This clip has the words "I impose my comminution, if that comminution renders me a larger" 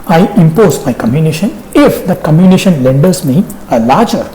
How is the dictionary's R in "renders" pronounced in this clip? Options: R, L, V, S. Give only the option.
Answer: L